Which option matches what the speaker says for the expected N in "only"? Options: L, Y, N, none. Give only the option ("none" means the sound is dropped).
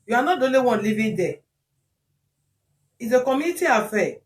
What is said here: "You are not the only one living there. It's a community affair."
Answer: none